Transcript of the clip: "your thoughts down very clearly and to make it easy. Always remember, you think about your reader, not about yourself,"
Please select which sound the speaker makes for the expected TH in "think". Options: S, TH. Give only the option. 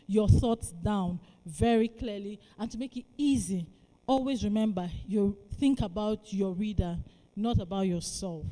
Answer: TH